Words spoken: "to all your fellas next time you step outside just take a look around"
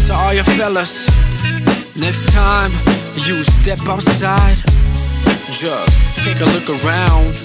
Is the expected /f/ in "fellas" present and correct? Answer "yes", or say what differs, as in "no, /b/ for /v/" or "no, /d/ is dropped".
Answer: yes